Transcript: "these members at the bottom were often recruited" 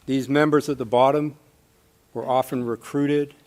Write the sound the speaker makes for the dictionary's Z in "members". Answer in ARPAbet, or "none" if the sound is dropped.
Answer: Z